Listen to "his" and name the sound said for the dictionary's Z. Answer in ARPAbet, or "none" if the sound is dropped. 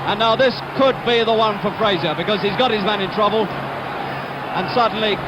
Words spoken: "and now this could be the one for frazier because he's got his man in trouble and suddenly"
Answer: Z